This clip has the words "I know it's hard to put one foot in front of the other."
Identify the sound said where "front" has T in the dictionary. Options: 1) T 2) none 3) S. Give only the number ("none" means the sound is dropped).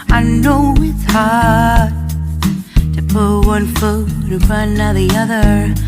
2